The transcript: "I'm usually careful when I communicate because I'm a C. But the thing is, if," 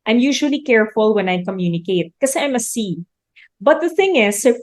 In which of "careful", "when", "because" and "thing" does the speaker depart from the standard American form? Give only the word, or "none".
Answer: because